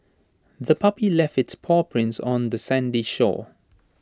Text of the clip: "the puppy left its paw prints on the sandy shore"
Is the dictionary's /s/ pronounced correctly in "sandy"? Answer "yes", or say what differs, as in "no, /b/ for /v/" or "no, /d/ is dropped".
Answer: yes